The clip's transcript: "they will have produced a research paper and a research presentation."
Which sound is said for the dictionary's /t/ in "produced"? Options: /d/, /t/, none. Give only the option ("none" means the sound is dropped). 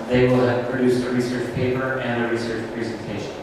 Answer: /t/